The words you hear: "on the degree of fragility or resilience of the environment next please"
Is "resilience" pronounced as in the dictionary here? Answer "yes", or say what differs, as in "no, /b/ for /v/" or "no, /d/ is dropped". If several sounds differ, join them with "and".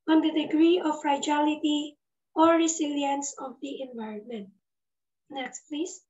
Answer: no, /s/ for /z/